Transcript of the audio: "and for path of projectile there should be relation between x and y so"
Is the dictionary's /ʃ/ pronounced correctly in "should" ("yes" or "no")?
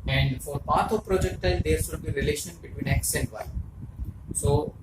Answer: no